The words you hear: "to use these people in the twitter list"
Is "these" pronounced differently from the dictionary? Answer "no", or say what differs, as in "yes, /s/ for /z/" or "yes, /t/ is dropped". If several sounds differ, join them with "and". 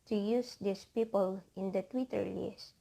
yes, /s/ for /z/